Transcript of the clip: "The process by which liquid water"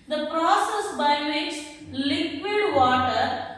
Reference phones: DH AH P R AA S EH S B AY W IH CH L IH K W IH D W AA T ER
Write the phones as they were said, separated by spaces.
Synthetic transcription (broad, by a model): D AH P R AA S EH S B AY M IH S L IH K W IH D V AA T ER